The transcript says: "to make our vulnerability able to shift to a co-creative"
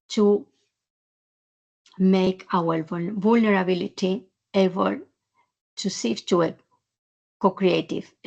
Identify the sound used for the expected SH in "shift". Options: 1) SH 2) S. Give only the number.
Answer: 2